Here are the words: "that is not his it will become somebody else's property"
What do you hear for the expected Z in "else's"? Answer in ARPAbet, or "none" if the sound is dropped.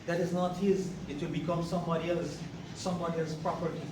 S